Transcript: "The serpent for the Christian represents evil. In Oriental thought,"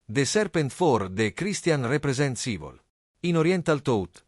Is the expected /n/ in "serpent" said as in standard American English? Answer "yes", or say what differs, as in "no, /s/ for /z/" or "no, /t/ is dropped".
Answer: yes